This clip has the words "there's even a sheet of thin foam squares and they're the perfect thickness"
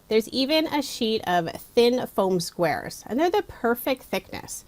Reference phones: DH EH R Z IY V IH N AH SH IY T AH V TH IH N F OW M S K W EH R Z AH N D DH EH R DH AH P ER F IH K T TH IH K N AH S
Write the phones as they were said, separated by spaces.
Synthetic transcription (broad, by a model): DH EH R Z IY V IH N AH SH IY T AH V TH IH N F OW M S K W EH R Z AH N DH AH R DH AH P ER F IH K T TH IH K N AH S